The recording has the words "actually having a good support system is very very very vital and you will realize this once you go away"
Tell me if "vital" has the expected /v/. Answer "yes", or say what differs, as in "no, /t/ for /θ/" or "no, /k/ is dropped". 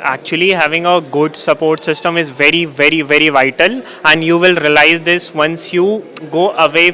yes